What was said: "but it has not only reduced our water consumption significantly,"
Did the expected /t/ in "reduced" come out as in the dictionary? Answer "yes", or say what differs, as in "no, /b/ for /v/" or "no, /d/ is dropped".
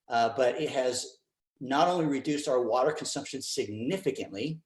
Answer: yes